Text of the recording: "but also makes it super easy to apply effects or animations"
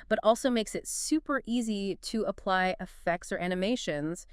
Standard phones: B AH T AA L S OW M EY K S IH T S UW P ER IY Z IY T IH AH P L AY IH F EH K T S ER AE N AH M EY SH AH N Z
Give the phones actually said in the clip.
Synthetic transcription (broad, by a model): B AH T AA L S OW M EY K S IH T S UW P ER IY Z IY T IH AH P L AY IH F EH K T S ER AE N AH M EY SH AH N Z